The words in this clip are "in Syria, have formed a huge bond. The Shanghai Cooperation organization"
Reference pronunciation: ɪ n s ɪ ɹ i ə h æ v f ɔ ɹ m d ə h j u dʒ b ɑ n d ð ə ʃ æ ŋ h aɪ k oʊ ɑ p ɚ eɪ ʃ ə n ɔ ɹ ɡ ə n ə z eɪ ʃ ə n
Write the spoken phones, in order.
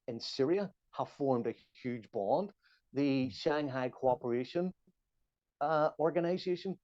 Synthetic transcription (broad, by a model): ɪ n s ɪ ɹ i ə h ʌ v f ɔ ɹ m d ə h j u dʒ b ɑ n d ð ə ʃ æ ŋ h aɪ k oʊ ɑ p ɚ eɪ ʃ ə n ɔ ɹ ɡ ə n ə z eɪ ʃ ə n